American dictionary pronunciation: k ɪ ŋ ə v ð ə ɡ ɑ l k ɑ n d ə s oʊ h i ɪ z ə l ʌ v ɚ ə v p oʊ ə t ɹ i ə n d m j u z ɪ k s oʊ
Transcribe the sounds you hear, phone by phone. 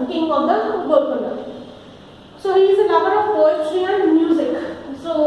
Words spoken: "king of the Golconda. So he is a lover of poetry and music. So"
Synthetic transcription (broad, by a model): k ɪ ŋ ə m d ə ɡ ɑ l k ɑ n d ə s oʊ h i ɪ z ə n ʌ b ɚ ə v p oʊ ə t ɹ i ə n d m j u z ɪ k s oʊ